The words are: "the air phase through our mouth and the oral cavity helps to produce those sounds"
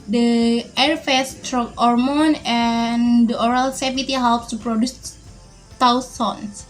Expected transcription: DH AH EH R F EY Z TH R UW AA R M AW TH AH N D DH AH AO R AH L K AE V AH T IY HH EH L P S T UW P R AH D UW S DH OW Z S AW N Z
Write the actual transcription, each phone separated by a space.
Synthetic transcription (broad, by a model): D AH EH R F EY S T R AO AA R M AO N AH N D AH AO R AH L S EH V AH T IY HH EH L P S T UW P R AH D UW S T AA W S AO N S